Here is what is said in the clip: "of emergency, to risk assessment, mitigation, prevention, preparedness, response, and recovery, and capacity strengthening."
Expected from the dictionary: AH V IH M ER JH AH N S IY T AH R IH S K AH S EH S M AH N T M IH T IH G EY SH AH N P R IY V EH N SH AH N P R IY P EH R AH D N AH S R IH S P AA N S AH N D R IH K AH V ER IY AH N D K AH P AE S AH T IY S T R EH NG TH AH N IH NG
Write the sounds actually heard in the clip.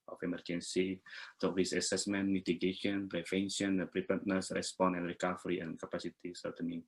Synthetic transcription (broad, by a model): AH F IH M ER JH AH N S IY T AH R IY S AH S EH S M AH N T M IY T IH G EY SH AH N P R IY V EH N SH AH N P R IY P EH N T N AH S R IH S P AA N AH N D R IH K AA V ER IY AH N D K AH P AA S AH T IY S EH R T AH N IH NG